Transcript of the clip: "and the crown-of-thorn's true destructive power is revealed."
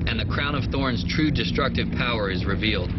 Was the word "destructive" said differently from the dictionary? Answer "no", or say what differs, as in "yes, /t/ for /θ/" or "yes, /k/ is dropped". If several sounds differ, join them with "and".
no